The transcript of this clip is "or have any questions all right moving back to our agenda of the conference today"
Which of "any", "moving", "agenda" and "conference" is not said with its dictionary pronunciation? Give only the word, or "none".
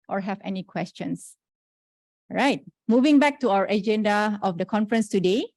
none